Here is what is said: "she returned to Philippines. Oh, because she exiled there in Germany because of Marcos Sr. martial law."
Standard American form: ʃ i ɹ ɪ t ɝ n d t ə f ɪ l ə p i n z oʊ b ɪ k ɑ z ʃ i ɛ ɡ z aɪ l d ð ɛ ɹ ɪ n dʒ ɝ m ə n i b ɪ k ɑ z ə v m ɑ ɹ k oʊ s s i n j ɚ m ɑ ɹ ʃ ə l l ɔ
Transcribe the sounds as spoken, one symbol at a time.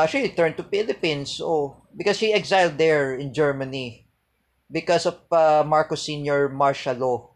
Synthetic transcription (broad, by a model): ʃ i l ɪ t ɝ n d t ə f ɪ l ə p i n s oʊ b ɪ k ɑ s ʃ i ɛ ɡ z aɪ l d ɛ ɹ ɪ n dʒ ɝ m ə n i b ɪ k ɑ s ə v m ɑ ɹ k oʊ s s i n j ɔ m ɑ ɹ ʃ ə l l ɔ